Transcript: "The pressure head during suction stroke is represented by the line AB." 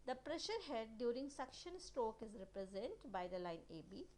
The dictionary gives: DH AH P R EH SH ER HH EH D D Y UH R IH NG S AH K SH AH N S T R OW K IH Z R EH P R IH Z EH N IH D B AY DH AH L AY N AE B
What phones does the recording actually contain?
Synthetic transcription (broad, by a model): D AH P R EH SH ER HH EH D D Y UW R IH NG S AH K SH AH N S T R OW K IH Z R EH P R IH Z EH N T B AY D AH L AY N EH B